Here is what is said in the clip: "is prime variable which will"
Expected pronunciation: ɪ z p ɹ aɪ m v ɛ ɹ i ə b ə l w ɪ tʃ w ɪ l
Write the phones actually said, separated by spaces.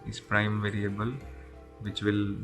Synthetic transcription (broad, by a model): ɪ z p ɹ aɪ m v ɛ ɹ i ə b ə l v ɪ tʃ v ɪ l